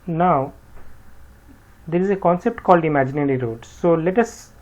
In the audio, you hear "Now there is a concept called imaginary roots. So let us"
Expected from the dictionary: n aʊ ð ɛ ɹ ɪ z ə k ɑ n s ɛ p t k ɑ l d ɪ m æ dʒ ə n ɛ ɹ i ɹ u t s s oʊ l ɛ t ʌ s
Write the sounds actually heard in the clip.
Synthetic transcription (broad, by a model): n aʊ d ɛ ɹ ɪ z ə k ɑ n s ɛ p t k ɑ l d ɪ m æ dʒ ə n ɛ ɹ i ɹ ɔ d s s oʊ l ɛ t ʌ s